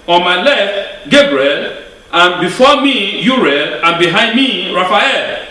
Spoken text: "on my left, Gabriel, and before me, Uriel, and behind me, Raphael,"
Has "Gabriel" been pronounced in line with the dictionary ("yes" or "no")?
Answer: yes